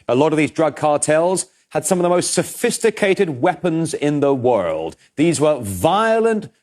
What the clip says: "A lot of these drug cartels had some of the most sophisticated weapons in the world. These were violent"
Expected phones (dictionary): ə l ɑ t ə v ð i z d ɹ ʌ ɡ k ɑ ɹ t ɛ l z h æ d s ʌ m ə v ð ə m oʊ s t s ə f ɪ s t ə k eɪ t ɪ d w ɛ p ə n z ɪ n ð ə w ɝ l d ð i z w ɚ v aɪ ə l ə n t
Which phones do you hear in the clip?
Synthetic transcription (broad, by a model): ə l ɑ t ə v ð i z d ɹ ʌ ɡ k ɑ ɹ t ɛ l z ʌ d s ʌ m ə v ð ə m oʊ s t s ə f ɪ s t ə k eɪ t ɪ d w ɛ p ə n z ɪ n ð ə w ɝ l d ð i z w ɚ v aɪ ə l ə n t